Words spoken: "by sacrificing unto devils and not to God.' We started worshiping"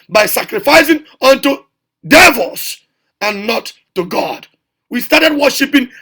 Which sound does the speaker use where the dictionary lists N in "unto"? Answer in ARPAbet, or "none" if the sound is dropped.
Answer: N